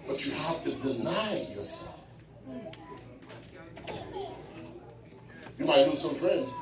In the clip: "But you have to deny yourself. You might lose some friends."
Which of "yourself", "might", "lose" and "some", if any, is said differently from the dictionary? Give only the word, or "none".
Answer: lose